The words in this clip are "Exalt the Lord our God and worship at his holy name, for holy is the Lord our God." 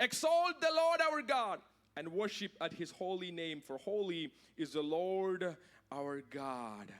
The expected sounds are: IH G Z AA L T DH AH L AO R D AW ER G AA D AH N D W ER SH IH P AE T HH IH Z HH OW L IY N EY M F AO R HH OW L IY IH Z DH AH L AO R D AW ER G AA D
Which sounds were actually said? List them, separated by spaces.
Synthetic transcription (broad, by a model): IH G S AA L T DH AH L AO R D AW ER G AA D AH N D W ER SH IH P AE T HH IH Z HH OW L IY N EY M F AO R HH OW L IY IH Z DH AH L AO R D AW ER G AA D